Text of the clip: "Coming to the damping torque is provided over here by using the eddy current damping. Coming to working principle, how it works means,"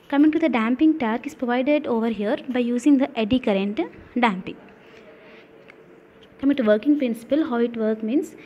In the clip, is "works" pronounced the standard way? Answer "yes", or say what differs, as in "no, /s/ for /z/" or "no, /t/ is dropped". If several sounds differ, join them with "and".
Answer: no, /s/ is dropped